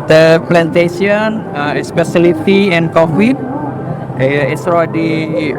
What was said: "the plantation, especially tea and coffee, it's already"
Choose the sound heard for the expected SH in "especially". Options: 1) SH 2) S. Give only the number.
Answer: 2